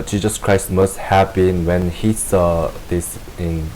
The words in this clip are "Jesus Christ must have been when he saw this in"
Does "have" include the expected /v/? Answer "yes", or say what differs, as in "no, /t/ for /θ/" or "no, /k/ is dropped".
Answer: no, /b/ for /v/